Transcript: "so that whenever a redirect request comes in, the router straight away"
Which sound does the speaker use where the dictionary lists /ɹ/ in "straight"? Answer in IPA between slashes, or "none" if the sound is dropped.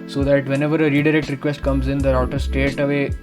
none